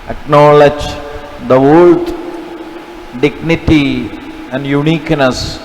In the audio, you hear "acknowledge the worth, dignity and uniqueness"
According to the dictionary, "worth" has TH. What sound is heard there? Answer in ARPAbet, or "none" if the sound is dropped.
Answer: T